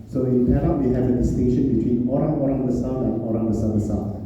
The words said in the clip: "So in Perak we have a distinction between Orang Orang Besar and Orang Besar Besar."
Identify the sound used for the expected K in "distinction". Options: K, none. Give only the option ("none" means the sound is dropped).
K